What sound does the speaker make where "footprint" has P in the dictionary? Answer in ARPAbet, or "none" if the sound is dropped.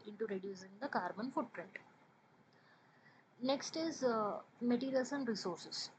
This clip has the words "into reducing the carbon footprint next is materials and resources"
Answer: P